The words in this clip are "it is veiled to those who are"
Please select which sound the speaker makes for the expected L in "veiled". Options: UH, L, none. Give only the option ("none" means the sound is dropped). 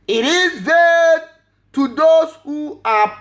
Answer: none